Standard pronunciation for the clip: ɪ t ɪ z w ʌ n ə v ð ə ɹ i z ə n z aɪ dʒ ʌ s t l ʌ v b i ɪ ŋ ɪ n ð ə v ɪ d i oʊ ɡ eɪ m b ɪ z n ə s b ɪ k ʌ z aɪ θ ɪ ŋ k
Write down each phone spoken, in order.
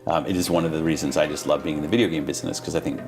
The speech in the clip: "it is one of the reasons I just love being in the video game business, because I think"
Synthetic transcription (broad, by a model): ɪ t ɪ z w ʌ n ə v ð ə ɹ i z ə n z aɪ dʒ ʌ s t l ʌ v b i ɪ ŋ ɪ n ð ə v ɪ d i oʊ ɡ eɪ m b ɪ z n ə s k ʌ z aɪ θ ɪ ŋ k